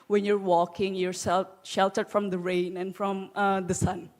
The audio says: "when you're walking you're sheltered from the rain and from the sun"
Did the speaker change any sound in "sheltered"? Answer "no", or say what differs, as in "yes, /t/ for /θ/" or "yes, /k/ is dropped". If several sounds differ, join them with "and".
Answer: no